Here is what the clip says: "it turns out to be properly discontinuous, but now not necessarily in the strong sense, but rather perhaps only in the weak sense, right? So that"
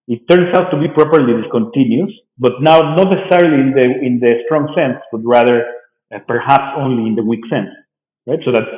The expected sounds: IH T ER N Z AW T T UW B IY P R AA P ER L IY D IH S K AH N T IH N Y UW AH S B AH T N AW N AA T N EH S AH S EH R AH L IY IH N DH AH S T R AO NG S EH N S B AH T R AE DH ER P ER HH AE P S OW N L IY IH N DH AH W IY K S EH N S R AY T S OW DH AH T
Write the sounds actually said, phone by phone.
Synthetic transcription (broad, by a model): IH T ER N S AW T T UW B IY P R AA P ER L IY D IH S K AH N T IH N Y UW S B AH T N AW N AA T N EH S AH S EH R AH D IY IH N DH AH S T R AO NG S EH N S B AH T R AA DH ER P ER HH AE P S OW N L IY IH N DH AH W IY K S EH N S R AY T S OW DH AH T